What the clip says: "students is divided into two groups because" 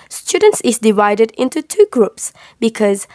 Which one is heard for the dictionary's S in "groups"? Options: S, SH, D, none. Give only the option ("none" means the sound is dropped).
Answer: S